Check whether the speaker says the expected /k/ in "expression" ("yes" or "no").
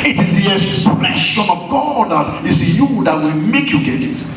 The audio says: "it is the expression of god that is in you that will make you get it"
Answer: no